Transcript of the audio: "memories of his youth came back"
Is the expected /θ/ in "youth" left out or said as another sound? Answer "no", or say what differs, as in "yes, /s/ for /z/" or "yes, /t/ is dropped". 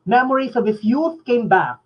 no